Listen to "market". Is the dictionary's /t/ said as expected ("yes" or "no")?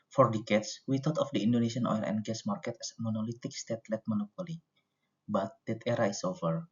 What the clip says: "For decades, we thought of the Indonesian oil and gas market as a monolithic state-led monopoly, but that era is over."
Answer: yes